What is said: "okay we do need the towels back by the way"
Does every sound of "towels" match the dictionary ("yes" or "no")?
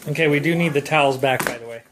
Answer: yes